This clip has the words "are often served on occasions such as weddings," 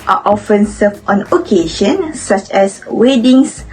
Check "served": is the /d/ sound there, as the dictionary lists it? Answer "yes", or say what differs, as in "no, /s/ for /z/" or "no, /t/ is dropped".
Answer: no, /d/ is dropped